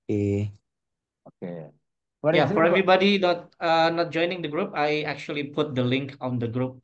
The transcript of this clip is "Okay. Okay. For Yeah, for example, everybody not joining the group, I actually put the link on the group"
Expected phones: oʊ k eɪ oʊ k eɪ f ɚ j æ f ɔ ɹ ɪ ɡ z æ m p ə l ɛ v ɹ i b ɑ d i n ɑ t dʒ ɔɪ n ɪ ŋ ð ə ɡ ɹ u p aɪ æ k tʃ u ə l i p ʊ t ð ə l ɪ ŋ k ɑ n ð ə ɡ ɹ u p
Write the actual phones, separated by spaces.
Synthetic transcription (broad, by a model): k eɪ oʊ k eɪ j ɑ f ɔ ɹ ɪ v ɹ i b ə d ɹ i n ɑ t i n ɑ t dʒ ɔɪ n ɪ ŋ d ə ɡ ɹ u p aɪ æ k tʃ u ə l i p ʊ t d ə l ɪ ŋ k ɑ n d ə ɡ ɹ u p